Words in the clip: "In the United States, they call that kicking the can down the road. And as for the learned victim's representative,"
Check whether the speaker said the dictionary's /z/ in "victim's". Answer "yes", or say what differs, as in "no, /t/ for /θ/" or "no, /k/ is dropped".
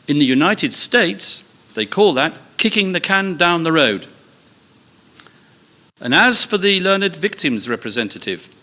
yes